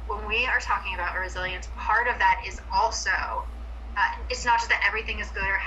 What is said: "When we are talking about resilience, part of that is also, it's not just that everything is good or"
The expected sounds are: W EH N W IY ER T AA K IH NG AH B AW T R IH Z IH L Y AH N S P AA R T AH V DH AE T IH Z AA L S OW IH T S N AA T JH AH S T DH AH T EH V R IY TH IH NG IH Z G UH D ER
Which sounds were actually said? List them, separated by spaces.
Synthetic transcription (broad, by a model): W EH N W IY ER T AA K IH NG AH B AW T R IH Z IH L Y AH N S P AA R T AH V DH AE T IH Z AA L S OW IH T S N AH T ZH AH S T DH AH T EH V R IY TH IH NG IH Z G UH D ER